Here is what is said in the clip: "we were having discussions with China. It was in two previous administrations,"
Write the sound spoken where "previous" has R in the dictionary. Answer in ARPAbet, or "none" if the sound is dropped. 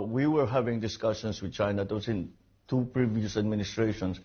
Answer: R